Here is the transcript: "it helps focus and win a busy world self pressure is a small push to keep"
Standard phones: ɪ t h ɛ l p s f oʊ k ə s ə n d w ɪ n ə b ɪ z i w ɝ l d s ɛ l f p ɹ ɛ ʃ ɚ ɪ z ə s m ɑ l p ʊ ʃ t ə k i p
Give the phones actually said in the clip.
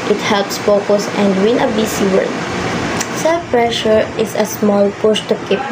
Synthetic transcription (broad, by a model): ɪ t h ɛ l p s f oʊ k ə s ə n d w ɪ n ə b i s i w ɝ d s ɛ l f p ɹ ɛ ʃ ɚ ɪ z ə s m ɑ l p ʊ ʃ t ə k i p